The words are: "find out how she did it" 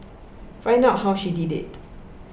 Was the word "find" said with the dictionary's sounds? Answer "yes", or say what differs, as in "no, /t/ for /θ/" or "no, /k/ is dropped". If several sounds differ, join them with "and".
no, /d/ is dropped